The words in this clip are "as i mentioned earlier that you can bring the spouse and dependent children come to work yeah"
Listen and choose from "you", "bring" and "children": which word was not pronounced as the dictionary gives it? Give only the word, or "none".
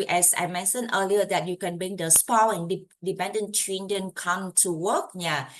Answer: children